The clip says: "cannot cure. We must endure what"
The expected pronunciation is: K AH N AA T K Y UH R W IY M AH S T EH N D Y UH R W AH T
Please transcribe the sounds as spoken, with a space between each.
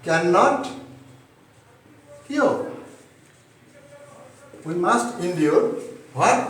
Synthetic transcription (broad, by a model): K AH N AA T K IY L W IY M AH S T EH N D Y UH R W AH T